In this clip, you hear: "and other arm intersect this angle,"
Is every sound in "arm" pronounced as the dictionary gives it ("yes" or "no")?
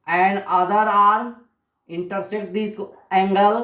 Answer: no